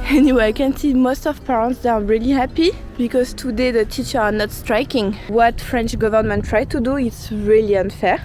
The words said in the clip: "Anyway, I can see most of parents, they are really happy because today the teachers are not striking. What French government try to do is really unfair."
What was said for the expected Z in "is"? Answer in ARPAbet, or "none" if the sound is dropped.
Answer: S